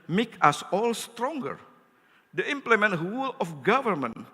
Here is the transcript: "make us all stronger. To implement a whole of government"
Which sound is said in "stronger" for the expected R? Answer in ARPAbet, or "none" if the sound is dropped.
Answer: R